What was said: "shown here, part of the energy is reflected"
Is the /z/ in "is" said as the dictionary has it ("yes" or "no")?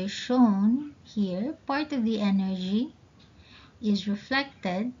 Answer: yes